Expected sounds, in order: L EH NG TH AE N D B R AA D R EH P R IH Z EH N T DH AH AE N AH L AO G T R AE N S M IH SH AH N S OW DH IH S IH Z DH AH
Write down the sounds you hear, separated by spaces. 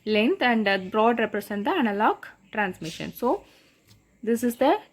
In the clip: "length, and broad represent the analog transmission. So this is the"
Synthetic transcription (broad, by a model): L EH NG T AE N D B R AA D R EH P R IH S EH N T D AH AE N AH L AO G T R AE N S M IH SH AH N S OW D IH S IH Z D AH